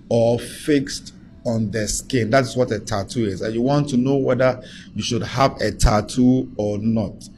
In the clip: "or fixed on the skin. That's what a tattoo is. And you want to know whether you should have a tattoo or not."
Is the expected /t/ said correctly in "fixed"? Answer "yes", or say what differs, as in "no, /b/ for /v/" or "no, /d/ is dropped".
yes